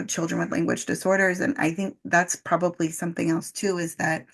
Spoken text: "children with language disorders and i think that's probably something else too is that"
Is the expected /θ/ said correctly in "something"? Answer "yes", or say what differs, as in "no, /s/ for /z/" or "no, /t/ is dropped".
yes